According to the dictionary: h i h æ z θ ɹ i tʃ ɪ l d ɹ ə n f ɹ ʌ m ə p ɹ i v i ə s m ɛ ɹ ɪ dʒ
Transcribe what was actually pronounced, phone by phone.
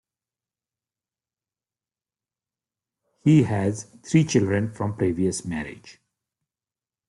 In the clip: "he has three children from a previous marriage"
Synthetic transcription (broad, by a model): h i h æ z t ɹ i tʃ ɪ l d ɹ ə n f ɹ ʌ m p ɹ i v i ə s m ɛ ɹ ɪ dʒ